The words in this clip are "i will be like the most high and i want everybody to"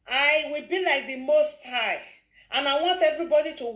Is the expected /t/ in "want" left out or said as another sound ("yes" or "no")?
no